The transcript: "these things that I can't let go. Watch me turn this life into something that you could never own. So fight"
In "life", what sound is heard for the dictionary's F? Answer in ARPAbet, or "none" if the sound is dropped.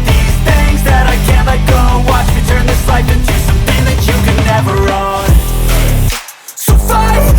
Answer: P